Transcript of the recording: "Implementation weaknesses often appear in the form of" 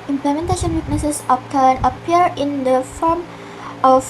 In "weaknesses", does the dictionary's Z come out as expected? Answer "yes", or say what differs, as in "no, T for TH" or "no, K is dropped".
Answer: no, S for Z